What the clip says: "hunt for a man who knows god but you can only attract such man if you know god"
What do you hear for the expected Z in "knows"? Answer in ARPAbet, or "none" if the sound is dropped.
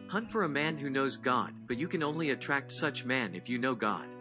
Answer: Z